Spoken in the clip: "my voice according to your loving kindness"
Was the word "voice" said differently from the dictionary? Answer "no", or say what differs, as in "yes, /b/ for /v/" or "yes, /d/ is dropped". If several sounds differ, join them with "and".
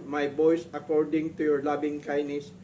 yes, /b/ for /v/